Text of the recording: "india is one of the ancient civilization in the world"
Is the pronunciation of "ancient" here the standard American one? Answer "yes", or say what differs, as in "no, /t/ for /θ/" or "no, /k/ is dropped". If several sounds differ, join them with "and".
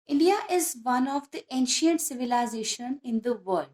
yes